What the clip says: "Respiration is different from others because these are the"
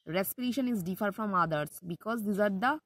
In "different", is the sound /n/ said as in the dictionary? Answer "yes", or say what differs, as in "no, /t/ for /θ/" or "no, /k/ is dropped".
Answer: no, /n/ is dropped